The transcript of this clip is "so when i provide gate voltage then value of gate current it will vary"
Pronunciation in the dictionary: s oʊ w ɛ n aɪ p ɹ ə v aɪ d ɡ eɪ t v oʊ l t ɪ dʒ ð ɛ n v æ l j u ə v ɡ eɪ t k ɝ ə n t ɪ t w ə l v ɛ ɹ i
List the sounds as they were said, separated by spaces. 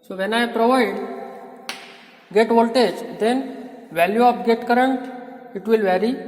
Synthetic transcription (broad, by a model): s oʊ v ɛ n aɪ p ɹ ə v aɪ d ɡ eɪ t v oʊ l t ɪ dʒ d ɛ n v æ l j u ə p ɡ eɪ t k ɝ ə n t ɪ t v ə l v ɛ ɹ i